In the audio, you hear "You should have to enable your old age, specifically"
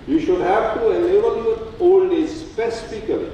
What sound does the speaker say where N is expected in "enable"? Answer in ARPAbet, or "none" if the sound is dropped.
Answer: L